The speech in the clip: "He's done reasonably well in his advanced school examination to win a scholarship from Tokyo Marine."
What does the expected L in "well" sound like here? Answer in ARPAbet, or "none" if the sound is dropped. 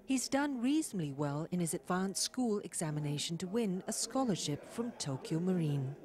L